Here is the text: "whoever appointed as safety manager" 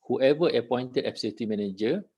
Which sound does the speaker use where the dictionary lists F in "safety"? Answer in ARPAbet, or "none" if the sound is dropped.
none